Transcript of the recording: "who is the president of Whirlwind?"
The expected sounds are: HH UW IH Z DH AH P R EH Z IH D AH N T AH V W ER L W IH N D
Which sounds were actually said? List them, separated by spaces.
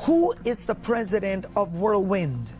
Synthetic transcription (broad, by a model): HH UW IH Z DH AH P R EH Z IH D AH N T AH V W ER L W IH N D